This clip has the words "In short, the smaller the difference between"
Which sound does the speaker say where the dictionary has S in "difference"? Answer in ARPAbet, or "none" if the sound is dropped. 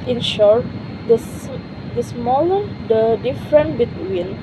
none